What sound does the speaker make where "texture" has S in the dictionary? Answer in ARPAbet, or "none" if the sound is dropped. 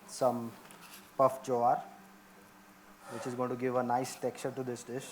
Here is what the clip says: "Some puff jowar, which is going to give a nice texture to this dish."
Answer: none